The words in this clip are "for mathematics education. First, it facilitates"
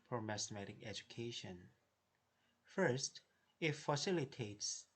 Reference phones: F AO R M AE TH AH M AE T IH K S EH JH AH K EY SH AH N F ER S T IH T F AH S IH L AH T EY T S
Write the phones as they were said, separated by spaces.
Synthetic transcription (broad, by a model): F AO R M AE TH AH M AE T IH K EH JH AH K EY SH AH N F ER S T IH T F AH S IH L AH T EY T S